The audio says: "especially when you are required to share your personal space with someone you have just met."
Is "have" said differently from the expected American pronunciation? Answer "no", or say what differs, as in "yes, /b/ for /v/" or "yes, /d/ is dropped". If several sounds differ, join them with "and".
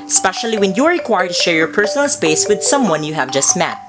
no